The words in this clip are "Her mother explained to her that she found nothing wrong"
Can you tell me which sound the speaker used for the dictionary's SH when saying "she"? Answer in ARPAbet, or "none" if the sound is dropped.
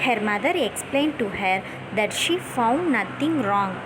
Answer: SH